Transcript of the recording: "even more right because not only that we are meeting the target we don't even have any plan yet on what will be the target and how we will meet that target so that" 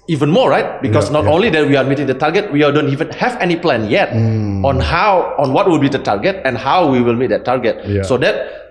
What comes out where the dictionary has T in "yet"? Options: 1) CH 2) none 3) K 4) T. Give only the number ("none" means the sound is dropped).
4